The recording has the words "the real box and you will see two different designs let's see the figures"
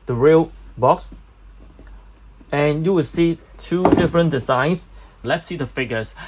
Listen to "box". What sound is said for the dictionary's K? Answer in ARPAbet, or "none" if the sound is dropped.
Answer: K